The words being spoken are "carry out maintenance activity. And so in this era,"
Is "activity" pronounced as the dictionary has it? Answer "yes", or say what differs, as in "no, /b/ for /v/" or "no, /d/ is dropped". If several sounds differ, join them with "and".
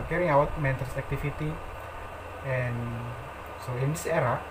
no, /f/ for /v/